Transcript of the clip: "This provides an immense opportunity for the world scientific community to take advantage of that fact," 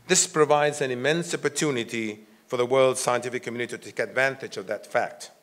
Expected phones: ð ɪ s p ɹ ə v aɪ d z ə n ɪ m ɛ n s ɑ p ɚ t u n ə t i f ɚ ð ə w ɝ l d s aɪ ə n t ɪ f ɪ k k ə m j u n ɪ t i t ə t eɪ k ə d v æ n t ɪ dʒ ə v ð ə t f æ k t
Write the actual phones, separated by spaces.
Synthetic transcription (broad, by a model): ð ɪ s p ɹ ə v aɪ d z ə n ɪ m ɛ n s ɑ p ɚ t u n ə t i f ɚ ð ə w ɝ l d s aɪ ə n t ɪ f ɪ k k m j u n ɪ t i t t eɪ k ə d v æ n t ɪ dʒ ə v ð ə t f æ k t